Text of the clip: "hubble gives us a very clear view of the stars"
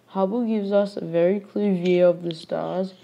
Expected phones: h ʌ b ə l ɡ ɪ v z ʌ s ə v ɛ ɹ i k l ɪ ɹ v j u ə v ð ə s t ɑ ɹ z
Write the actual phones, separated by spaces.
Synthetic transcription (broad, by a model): h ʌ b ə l ɡ ɪ v z ʌ s ə v ɛ ɹ i k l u v j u ə v ð ə s t ɑ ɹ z